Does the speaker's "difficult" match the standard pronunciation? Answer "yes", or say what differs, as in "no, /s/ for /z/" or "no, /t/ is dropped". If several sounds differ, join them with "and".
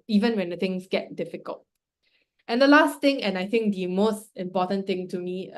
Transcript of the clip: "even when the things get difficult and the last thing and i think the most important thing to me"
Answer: yes